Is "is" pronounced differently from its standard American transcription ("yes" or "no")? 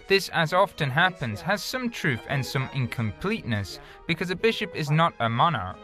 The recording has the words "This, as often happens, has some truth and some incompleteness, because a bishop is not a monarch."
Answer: no